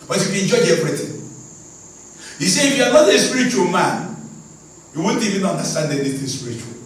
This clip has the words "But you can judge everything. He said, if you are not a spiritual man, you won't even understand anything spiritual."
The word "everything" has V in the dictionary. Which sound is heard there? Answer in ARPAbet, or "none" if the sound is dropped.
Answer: P